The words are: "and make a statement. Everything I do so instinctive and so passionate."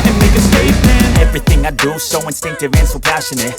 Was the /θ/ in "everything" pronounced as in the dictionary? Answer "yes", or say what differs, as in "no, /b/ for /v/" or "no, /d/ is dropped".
yes